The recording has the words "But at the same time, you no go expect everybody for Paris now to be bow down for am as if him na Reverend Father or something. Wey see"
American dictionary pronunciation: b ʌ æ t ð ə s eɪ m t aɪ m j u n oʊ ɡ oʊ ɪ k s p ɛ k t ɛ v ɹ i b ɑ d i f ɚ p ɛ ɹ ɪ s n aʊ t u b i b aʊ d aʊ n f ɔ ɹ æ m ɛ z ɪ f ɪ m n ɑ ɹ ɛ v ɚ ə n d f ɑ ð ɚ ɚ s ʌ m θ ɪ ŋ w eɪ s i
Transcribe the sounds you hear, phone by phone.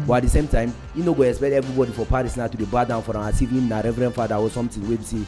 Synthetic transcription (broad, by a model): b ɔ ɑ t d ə s eɪ m t aɪ m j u n oʊ ɡ oʊ ɪ k s p ɛ k t ɛ v ɹ i b ɑ d i f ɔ p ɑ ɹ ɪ s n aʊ t u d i b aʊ d aʊ n f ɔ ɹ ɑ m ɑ s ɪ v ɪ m n ɑ ɹ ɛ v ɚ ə n f ɑ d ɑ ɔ s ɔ m t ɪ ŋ w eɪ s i